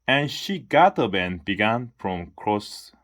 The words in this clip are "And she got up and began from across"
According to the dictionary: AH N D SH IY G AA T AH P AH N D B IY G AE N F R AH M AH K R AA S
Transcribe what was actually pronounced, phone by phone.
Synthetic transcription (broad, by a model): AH N SH IY G AA T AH B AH N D B IY G AE N F R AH M K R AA S